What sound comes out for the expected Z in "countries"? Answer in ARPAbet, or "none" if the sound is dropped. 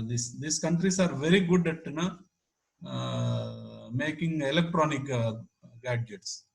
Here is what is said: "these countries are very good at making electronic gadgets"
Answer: S